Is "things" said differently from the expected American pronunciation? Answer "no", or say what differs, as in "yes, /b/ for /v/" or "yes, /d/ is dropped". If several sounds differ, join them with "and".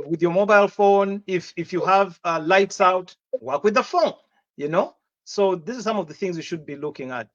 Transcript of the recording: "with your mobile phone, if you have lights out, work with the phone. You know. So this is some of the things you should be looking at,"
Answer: no